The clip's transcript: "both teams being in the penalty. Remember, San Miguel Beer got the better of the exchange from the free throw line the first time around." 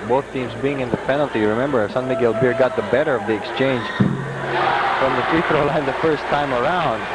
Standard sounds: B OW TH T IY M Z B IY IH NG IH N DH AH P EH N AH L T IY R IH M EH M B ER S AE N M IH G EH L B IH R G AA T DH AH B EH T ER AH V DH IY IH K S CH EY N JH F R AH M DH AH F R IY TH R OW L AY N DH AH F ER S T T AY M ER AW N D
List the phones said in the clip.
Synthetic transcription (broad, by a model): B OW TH T IY M Z B IY IH NG IH N DH AH P EH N L T IY R IH M EH M B ER S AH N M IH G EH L B IH R G AA T DH AH B EH T ER AH V DH IY IH K S CH EY N JH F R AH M DH AH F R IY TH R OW L AY N DH AH F ER S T T AY M ER AW N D